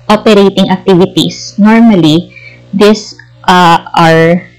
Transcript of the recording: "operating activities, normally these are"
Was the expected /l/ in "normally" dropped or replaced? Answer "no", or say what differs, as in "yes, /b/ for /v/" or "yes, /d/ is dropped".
no